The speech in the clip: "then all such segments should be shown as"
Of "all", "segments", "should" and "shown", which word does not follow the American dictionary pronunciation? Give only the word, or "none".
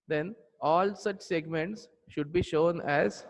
none